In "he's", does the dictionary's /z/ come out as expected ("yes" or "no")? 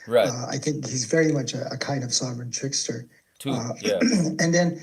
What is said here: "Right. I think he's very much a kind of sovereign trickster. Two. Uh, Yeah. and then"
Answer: yes